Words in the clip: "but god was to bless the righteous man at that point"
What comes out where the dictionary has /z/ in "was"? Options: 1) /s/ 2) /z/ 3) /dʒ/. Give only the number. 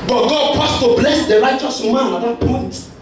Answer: 1